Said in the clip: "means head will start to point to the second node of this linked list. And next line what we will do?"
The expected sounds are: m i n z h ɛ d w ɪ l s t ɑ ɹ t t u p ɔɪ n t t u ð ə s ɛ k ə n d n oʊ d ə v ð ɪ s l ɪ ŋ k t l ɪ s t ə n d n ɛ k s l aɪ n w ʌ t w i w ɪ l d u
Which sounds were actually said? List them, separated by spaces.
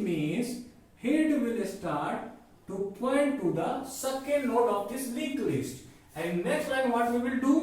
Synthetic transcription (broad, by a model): m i n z h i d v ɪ l s t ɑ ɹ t t u p ɔɪ n t t u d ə s ɛ k ə n d l oʊ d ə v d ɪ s l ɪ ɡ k l ɪ s t ə n d n ɛ k s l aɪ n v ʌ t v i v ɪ l d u